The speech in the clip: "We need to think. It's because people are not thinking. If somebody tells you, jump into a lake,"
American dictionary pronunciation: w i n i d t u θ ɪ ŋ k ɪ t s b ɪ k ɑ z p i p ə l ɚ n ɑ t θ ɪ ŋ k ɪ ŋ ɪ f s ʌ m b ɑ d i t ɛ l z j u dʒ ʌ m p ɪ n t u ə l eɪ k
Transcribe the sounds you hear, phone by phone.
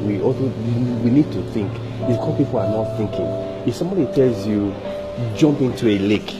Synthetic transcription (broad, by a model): w i n i d t u θ ɪ ŋ k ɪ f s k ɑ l p i p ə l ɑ n ɑ t θ ɪ ŋ k ɪ ŋ ɪ f s ʌ m b ɑ d i t ɛ l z j u dʒ ʌ m p ɪ n t u ə l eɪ k